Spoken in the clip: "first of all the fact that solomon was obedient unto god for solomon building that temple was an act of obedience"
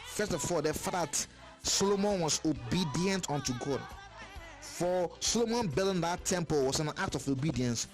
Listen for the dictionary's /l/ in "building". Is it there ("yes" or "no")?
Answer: no